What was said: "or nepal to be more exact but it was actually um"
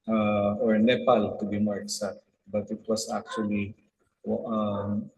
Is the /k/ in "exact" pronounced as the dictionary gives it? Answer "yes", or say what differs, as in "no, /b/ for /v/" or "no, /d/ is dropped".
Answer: no, /k/ is dropped